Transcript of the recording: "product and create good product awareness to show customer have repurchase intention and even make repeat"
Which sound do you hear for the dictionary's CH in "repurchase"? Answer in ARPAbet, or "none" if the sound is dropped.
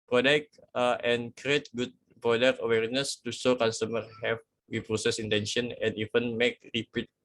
S